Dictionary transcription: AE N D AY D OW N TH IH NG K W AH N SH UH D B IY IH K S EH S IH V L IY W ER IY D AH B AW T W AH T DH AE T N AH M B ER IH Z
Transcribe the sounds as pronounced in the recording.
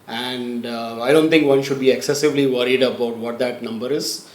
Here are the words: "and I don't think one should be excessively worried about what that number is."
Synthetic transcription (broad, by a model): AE N D AY D OW N T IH NG K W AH N SH UH D B IY IH K S EH S IH V L IY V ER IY D AH B AW T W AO T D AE T N AH M B ER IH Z